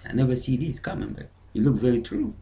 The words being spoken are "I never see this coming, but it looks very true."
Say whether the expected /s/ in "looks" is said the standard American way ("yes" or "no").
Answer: no